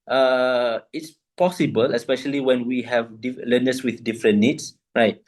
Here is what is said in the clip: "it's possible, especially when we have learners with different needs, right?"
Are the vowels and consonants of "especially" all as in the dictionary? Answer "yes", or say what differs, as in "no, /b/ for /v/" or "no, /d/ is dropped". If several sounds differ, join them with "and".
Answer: yes